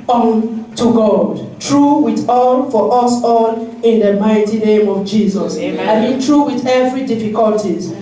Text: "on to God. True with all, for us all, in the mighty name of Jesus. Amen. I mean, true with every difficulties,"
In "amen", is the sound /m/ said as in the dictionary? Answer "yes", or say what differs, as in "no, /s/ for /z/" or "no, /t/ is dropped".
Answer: no, /m/ is dropped